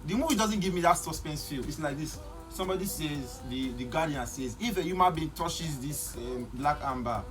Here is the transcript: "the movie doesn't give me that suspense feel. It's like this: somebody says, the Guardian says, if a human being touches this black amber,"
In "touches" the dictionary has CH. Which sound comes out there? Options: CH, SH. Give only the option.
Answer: SH